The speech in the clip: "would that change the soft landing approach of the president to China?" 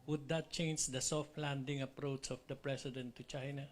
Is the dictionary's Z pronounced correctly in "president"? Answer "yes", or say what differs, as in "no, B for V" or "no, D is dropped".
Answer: no, S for Z